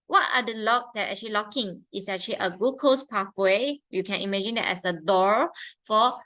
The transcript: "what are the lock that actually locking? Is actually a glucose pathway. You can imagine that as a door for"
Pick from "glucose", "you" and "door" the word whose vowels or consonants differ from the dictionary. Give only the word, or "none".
glucose